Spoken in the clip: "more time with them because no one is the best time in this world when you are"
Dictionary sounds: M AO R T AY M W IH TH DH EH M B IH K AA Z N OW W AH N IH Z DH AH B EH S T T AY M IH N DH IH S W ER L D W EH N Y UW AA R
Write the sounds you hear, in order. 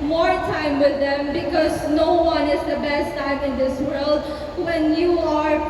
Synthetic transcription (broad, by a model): M AO R T AY M W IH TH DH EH M B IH K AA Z N OW W AH N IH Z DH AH B EH S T T AY M IH N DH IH S W ER L D W EH N Y UW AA R